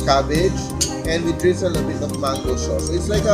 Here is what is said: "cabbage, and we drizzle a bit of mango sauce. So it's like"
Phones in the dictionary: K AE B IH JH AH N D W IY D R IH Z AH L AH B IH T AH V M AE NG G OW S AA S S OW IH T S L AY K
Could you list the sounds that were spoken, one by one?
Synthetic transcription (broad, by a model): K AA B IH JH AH N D W IY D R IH S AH N AH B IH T AH V M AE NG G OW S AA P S IH T S L AY K